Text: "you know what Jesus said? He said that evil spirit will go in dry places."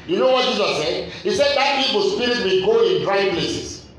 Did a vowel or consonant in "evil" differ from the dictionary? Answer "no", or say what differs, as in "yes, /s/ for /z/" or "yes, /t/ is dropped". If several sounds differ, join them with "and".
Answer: yes, /p/ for /v/